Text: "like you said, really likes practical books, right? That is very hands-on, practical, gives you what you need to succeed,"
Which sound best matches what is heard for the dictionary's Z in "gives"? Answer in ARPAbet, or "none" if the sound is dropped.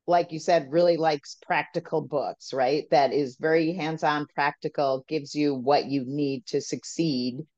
Z